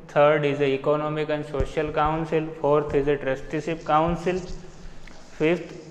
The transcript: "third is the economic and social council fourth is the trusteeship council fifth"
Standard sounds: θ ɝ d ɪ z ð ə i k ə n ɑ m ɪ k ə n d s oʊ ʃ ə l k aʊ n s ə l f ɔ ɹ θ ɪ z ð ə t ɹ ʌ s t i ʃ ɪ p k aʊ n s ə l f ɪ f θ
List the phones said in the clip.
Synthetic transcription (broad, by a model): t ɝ d ɪ z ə i k ə n ɑ m ɪ k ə n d s oʊ ʃ ə l k aʊ n s ə l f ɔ ɹ t ɪ z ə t ɹ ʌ s t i s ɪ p k aʊ n s ə l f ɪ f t